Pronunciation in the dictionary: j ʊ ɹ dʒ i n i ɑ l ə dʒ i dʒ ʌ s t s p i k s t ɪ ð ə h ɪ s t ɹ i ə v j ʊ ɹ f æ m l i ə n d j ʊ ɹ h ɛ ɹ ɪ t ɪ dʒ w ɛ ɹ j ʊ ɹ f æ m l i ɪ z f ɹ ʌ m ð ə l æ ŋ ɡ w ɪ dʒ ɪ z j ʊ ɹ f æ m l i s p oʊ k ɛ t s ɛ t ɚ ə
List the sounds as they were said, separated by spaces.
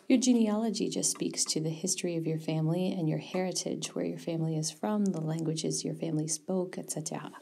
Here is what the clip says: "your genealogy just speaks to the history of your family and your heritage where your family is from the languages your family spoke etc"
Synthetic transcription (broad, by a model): j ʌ ɹ dʒ i n i ɑ l ə dʒ i dʒ ʌ s t s p i k s t ɪ ð ə h ɪ s t ɹ i ə v j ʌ ɹ f æ m l i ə n j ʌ ɹ h ɛ ɹ ɪ t ɪ dʒ w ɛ ɹ j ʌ ɹ f æ m l i ɪ z f ɹ ʌ m ð ə l æ ŋ ɡ w ɪ dʒ ɪ z j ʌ ɹ f æ m l i s p oʊ k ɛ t s ɛ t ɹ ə